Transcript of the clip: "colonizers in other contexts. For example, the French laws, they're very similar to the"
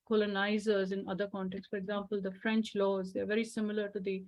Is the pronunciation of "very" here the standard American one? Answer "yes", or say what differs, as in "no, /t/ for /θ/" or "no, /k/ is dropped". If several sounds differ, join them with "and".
yes